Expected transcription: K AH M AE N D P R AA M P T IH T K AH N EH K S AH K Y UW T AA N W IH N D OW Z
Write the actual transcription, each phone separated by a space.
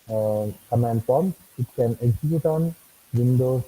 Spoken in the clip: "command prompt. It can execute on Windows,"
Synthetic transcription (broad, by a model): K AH M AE N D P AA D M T IH T K AH N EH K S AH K Y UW T AA N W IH N D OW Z